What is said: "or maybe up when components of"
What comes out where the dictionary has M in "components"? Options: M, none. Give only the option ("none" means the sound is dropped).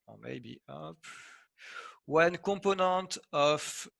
none